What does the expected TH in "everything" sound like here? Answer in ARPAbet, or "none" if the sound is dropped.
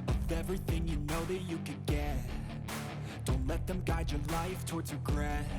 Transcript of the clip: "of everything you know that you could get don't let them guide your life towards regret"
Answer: TH